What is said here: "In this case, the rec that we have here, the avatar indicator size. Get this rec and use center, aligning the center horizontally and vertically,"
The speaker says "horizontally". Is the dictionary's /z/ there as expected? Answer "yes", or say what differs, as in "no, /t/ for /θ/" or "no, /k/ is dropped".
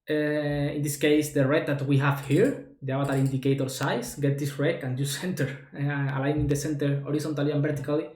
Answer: no, /s/ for /z/